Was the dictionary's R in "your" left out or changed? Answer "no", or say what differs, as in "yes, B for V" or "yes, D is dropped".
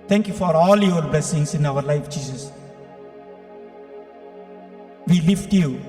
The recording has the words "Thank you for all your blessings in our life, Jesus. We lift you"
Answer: yes, L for R